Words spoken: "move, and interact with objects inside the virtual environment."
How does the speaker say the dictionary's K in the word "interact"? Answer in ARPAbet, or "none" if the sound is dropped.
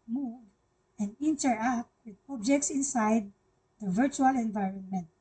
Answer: none